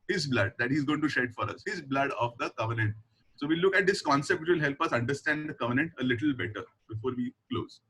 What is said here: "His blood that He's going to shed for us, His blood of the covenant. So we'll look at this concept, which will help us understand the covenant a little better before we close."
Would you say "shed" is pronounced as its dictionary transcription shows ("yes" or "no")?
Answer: yes